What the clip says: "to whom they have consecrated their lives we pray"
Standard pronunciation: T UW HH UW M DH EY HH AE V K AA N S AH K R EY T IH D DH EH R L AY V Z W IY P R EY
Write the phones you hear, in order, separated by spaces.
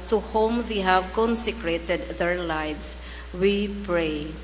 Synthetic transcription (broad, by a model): T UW HH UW M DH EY HH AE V K AA N S AH K R EY T IH D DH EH R L AY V S W IY P R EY